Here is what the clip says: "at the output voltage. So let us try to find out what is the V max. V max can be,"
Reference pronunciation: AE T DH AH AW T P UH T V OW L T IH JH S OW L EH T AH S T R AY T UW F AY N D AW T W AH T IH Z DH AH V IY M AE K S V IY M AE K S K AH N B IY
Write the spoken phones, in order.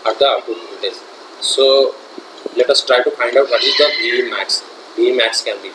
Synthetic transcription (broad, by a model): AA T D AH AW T UW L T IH Z S OW L EH T AH S T R AY T UW F AY N D AW T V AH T IH Z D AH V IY M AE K S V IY M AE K S K AH N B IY